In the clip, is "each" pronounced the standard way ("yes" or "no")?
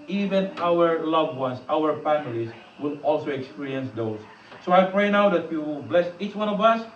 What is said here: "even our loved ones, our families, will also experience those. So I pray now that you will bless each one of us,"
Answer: yes